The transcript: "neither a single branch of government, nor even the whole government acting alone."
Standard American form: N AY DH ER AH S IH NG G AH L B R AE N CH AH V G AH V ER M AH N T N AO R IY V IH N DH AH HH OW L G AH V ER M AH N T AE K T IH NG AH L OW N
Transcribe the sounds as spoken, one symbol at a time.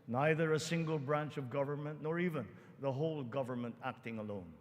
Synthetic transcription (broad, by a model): N AY DH ER AH S IH NG G AH L B R AE N CH AH V G AH V ER M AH N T N AO R IY V IH N DH AH HH OW L G AH V ER M AH N T AE K T IH NG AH L OW N